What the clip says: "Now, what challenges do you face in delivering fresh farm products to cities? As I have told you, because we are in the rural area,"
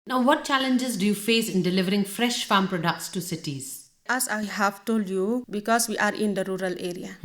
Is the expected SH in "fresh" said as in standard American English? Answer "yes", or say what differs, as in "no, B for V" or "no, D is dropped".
yes